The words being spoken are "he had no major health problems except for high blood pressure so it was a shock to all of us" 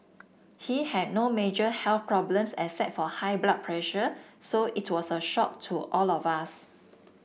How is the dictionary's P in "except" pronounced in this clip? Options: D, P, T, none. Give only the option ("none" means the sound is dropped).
none